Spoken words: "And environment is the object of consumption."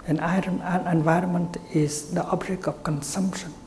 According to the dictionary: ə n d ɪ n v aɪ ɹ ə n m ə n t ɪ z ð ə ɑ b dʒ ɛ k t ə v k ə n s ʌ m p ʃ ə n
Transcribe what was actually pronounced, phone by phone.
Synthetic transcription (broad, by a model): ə n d ɪ n v aɪ ɹ ə n m ə n t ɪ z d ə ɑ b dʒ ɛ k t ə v k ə n s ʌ m p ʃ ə n